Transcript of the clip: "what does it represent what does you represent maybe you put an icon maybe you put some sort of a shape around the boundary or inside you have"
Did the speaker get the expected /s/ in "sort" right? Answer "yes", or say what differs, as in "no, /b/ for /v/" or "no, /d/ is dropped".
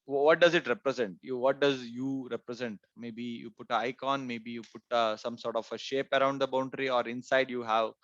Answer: yes